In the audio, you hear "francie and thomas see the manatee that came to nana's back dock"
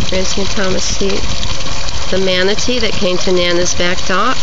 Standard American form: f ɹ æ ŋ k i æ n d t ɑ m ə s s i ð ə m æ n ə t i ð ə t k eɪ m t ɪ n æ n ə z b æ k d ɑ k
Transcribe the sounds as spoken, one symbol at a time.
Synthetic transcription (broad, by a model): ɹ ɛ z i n t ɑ m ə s s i ð ə m æ n ə t i ð ə t k eɪ m t ɪ n æ n ə z b æ k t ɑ